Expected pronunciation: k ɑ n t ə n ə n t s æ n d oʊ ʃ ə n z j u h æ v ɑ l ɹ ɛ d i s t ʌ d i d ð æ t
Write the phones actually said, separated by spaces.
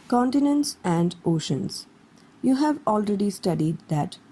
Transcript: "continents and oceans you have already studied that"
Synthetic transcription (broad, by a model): k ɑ n t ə n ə n t s æ n d oʊ ʃ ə n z j u h æ v ɑ l ɹ ɛ d i s t ʌ d i d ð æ t